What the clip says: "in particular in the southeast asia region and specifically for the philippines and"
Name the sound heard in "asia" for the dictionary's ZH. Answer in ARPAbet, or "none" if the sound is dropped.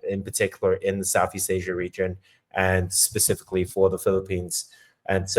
ZH